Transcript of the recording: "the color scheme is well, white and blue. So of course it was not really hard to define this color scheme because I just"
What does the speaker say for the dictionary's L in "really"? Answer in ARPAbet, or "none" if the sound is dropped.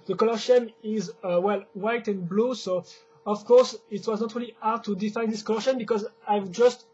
L